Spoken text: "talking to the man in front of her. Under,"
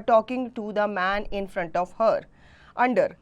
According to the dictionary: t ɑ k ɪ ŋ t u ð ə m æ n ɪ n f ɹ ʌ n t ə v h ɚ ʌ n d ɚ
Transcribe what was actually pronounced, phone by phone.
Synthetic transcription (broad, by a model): t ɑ k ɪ ŋ t u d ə m æ n ɪ n f ɹ ʌ n t ə v h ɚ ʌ n d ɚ